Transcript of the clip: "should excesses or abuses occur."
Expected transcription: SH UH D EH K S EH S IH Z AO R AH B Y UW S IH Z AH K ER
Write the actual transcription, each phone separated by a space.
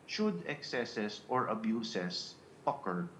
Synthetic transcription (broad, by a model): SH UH D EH K S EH S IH S AO R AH B Y UW S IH S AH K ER